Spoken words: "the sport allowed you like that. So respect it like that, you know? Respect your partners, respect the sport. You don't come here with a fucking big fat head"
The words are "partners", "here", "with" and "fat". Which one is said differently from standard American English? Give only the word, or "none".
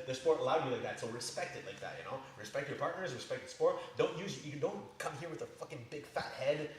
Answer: none